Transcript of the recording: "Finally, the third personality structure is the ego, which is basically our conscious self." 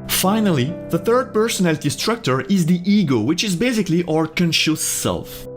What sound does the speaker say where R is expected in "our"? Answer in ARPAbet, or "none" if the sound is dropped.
R